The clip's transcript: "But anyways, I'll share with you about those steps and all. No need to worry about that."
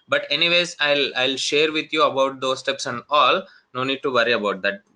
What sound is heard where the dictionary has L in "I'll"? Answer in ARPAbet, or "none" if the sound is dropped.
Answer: L